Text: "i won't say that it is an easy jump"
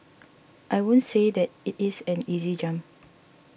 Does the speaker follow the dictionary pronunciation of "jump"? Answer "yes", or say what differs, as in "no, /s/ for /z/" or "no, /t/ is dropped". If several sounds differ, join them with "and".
no, /p/ is dropped